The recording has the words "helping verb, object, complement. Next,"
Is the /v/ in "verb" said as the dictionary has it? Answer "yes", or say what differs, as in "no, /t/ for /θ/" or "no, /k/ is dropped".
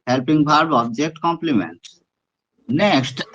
no, /b/ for /v/